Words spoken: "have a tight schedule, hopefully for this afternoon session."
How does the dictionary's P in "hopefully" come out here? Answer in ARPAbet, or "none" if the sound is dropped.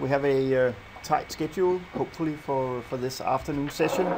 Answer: P